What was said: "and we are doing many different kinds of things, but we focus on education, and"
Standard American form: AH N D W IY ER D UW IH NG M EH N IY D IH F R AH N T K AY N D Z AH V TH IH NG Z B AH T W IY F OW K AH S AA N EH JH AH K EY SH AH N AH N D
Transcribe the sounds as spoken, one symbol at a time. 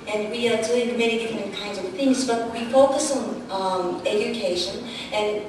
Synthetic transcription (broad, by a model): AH N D W IY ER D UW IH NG M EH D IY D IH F R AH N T K AY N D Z AH V TH IH NG Z B AH T W IY F OW K AH S N EH JH AH K EY SH AH N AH N